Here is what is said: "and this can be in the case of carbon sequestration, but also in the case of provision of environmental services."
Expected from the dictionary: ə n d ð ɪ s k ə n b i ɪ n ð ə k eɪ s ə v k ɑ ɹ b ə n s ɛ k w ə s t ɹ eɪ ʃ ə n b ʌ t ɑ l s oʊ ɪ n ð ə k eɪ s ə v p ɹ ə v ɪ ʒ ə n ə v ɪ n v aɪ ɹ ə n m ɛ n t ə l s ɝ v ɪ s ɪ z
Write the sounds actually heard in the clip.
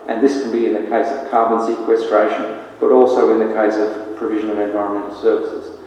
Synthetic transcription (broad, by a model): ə n ð ɪ s k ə n b i ɪ n ð ə k eɪ s ə v k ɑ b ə n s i k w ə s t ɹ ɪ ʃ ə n b ʌ t ɑ l s oʊ ɪ n ð ə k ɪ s ə v p ɹ ə v ɪ ʒ ə n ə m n v aɪ ɹ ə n m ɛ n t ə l s ɝ v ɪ s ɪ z